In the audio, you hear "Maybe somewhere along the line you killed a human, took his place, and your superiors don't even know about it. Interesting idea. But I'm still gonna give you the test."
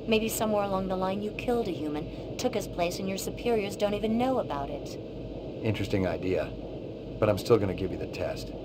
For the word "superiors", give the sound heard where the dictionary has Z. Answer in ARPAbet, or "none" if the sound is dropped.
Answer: Z